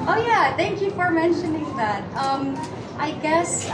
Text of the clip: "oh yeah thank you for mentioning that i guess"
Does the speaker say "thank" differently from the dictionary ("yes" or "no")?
no